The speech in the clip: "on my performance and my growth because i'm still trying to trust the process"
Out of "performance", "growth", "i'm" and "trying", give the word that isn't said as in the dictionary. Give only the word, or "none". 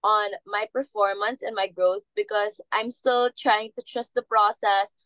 none